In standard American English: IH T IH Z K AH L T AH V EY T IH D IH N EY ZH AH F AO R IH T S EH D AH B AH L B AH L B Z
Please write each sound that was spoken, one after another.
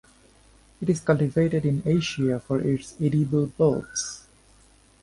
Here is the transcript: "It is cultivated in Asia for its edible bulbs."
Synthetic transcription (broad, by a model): IH T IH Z K AH L T AH V EY T IH D IH N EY SH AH F AO R IH T S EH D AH B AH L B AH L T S